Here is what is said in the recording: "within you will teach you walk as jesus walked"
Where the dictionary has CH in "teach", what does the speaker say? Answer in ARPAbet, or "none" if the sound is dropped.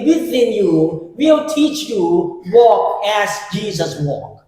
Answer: CH